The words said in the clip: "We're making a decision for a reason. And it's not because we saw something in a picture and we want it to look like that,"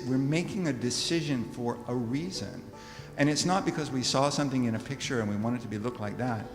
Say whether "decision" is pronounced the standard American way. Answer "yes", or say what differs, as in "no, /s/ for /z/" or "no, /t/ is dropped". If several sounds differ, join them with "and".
yes